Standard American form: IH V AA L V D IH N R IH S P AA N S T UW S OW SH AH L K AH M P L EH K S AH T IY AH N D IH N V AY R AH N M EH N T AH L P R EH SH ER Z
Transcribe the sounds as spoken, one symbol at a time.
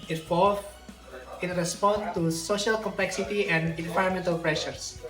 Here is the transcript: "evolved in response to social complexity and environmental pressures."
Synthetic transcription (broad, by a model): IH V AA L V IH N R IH S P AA N T UW S OW SH AH L K AH M P L EH K S AH T IY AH N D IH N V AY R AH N M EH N T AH L P R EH SH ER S